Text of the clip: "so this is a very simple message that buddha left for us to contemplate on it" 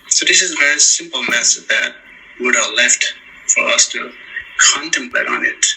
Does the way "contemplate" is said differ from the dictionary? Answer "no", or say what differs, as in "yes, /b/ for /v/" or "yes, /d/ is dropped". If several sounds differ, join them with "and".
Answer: no